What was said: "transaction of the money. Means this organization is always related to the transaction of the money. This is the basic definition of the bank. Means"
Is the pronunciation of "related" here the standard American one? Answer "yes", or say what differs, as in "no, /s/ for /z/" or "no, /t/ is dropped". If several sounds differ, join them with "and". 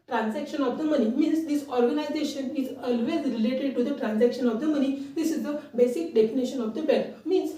yes